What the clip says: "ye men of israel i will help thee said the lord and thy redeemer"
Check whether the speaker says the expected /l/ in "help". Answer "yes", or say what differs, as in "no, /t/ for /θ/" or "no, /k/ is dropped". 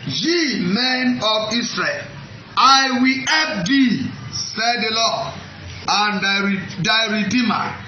no, /l/ is dropped